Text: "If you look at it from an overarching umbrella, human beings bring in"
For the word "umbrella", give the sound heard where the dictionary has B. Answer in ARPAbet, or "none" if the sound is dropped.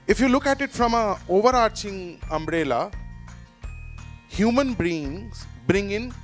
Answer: B